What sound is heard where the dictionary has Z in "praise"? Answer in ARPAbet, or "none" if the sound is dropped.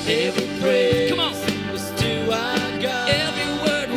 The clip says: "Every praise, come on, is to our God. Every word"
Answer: none